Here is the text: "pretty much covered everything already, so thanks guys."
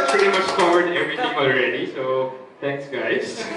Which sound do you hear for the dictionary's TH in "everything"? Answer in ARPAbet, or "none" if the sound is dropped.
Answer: T